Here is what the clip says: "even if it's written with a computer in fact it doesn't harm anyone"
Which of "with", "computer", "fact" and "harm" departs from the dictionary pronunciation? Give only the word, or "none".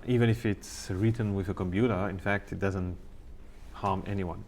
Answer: none